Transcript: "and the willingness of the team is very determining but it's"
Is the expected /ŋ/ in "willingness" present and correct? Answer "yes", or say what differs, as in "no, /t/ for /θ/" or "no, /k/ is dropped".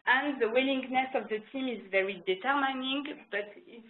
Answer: yes